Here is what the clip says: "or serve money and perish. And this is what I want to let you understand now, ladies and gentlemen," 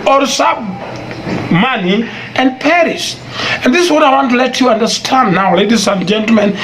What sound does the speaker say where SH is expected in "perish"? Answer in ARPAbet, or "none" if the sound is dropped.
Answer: S